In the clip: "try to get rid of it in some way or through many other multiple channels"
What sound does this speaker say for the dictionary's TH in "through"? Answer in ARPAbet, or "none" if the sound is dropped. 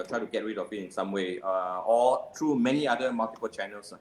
T